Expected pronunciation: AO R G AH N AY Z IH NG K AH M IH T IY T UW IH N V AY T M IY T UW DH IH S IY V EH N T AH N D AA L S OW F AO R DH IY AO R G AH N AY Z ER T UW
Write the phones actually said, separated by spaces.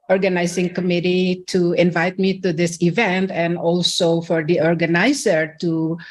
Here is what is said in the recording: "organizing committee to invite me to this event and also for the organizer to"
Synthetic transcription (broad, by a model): AO R G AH N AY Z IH NG K AH M IH T IY T UW IH N V AY T M IY T UW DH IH S IY V EH N T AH N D AA L S OW F AO R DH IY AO R G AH N AY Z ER T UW